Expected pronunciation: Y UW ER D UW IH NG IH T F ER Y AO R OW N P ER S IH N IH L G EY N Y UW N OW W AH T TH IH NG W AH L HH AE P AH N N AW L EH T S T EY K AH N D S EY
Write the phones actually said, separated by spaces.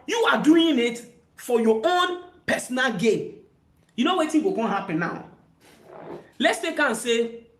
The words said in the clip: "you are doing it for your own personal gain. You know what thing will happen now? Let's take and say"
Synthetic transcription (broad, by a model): Y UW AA D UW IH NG IH T F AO Y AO OW N P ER S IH N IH L G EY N Y UW N OW W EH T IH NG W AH N HH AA P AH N N AW L EH T S T EY K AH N S EY